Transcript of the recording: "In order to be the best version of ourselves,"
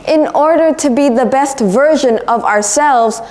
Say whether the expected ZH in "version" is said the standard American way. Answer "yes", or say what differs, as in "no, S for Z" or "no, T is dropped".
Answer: yes